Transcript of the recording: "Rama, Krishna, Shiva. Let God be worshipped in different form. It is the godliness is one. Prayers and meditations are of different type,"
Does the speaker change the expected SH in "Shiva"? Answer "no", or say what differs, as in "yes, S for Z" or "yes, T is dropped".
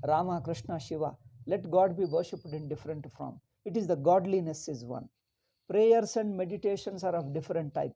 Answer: no